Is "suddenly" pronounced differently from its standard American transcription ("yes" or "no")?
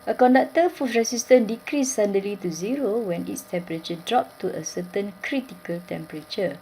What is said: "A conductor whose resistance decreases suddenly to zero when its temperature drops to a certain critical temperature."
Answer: yes